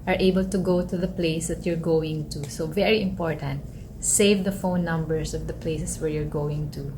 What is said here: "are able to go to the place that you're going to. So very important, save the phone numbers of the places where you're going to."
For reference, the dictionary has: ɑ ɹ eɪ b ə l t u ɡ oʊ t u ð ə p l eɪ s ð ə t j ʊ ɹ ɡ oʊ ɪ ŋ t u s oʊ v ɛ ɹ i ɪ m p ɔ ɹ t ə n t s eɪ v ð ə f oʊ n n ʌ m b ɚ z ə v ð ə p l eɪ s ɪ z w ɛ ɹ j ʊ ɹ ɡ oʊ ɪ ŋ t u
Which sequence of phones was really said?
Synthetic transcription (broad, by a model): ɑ ɹ eɪ b ə l t u ɡ oʊ t u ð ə p l eɪ s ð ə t j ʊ ɹ ɡ oʊ ɪ ŋ t u s oʊ v ɛ ɹ i ɪ m p ɔ ɹ t ə n t s eɪ v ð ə f oʊ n n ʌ m b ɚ s ə v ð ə p l eɪ s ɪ s w ɛ ɹ j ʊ ɹ ɡ oʊ ɪ ŋ t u